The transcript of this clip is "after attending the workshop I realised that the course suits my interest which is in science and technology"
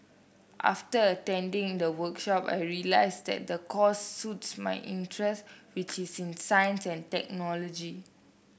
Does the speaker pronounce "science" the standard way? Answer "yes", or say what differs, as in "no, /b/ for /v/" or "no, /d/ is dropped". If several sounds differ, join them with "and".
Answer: yes